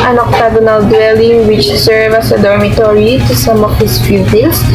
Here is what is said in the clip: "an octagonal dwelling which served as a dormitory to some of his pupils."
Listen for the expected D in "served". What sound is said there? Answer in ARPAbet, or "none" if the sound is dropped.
none